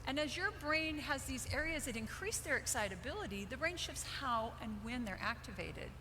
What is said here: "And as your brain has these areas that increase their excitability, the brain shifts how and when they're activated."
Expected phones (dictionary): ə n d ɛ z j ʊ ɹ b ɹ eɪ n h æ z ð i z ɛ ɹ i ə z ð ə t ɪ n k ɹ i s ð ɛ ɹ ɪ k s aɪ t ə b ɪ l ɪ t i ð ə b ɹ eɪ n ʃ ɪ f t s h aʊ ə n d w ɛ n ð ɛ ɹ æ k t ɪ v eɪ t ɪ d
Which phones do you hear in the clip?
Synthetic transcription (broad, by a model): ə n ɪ z j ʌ ɹ b ɹ eɪ n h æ z ð i z ɛ ɹ i ə z ð ə t ɪ n k ɹ i s ð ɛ ɹ ɪ k s aɪ t ə b ɪ l ɪ t i ð ə b ɹ eɪ n ʃ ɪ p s h aʊ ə n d w ɛ n ð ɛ ɹ æ k t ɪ v eɪ t ɪ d